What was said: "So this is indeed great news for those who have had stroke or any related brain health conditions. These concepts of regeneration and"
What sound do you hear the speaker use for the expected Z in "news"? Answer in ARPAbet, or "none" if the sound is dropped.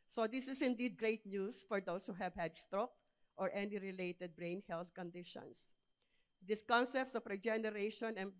S